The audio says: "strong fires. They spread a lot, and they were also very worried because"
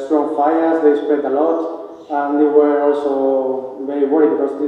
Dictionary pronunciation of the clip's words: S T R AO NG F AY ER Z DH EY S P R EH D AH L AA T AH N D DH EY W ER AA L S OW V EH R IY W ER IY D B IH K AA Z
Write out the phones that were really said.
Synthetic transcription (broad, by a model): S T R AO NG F AY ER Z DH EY S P EH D AH L AA T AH N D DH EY W ER AA L S OW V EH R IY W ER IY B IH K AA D